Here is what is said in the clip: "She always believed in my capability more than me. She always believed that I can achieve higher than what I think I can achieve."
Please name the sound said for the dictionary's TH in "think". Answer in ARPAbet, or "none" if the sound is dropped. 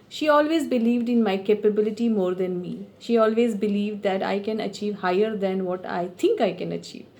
T